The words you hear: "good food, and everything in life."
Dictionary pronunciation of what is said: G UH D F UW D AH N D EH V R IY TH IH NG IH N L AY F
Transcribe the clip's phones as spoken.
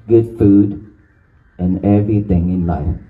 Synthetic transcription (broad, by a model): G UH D F UW D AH N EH V R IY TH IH NG IH N L AY F